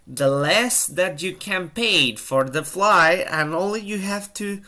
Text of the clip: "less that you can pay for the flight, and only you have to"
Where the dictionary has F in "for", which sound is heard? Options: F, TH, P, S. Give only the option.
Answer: F